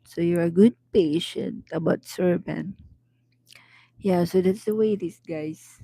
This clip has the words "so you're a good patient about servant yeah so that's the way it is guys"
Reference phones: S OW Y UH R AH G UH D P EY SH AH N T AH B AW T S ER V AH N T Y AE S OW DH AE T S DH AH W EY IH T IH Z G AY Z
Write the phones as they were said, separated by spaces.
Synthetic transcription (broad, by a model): S OW Y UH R AH G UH D P EY SH AH N T AH B AW T S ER B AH N Y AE S OW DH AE T S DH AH W EY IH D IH S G AY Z